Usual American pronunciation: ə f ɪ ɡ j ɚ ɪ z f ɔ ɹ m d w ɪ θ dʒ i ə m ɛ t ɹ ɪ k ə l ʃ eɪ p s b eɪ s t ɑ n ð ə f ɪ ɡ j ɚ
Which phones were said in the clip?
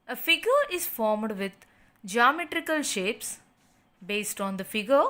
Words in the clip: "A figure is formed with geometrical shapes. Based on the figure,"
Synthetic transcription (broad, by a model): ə f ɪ ɡ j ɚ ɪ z f ɔ ɹ m d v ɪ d dʒ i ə m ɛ t ɹ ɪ k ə l ʃ eɪ p s b eɪ s t ɑ n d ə f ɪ ɡ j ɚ